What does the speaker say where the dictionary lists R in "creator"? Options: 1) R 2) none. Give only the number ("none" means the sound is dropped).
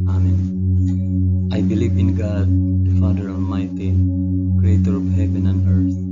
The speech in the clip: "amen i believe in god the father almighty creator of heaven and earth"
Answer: 1